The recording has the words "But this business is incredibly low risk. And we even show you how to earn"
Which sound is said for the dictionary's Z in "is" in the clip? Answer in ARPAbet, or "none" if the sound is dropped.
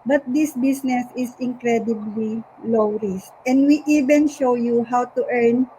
S